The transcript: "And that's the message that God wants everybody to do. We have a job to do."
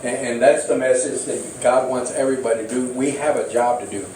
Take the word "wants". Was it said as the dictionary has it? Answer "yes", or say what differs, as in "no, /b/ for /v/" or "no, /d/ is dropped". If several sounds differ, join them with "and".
yes